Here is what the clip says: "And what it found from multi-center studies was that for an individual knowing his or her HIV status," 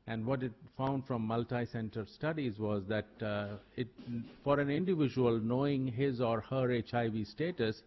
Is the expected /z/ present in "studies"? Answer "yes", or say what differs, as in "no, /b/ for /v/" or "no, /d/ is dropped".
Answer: yes